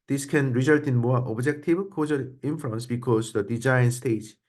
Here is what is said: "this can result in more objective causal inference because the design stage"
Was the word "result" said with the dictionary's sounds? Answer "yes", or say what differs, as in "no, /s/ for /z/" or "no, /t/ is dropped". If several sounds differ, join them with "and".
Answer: yes